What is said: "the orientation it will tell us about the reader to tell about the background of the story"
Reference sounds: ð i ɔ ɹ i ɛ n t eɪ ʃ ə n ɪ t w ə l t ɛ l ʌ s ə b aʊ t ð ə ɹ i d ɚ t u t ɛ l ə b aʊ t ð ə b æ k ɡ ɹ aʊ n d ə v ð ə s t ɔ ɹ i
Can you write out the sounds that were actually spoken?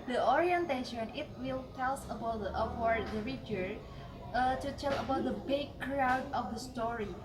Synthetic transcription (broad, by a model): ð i ɔ ɹ i ɛ n t eɪ ʃ ə n ɪ t w ə l t ɛ l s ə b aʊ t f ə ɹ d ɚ t u t ɛ l ə b aʊ t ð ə b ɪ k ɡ ɹ aʊ d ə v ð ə s t ɔ ɹ i